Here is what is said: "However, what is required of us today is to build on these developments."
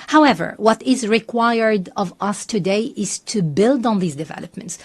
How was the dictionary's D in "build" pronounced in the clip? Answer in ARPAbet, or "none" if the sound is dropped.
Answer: D